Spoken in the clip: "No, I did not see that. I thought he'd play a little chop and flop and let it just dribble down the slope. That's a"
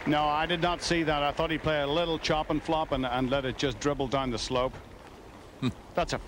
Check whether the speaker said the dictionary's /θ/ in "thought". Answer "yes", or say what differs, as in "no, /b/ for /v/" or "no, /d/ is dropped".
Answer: yes